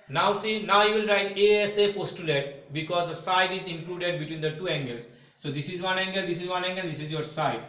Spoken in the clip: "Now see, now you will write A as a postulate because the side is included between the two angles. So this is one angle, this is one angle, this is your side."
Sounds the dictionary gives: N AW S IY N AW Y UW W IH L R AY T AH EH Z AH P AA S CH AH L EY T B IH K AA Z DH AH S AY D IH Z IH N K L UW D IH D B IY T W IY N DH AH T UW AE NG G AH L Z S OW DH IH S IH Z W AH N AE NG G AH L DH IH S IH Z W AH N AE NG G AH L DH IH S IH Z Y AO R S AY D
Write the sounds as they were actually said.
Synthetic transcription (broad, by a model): N AW S IY N AW Y UW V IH L R AY T AH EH S AH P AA S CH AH L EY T B IH K AA Z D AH S AY D IH Z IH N K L UW D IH D B IY T W IY N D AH T UW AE NG G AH L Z S OW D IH S IH Z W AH N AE NG G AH L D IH S IH Z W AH N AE NG G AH L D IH S IH Z Y AO R S AY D